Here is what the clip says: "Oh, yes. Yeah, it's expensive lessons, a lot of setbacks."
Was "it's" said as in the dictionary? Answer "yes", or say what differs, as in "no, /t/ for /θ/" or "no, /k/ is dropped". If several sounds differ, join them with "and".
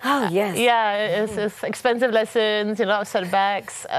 no, /s/ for /t/